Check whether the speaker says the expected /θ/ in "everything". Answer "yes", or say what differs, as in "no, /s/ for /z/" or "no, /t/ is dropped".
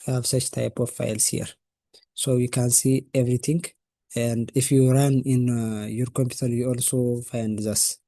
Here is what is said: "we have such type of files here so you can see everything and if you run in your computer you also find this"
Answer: no, /t/ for /θ/